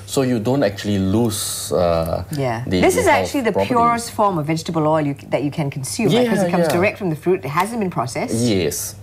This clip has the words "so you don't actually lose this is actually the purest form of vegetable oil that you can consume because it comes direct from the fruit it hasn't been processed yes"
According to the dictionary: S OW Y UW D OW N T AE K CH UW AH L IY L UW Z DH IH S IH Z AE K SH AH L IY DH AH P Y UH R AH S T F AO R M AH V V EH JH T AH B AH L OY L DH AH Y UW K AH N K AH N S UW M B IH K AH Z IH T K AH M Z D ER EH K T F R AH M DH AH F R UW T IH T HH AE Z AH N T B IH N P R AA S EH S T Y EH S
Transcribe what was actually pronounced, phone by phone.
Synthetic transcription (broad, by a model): S OW Y UW D OW N T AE K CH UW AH L IY L UW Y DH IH S IH Z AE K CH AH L IY DH AH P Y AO R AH S T F AO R M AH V V EH JH T AH B AH L OY L DH AH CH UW K AH N K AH N S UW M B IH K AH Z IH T K AH M Z D ER EH K T F R AH M DH AH F R UW T IH T HH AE Z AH N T B IH N P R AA S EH S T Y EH S